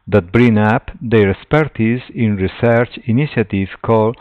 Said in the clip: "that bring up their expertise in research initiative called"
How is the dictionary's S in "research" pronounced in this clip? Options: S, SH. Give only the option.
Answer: S